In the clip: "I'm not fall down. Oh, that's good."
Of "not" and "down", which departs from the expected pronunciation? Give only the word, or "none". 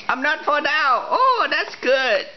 down